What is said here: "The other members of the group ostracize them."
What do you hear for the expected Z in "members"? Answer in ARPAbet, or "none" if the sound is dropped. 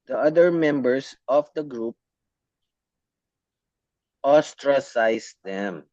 S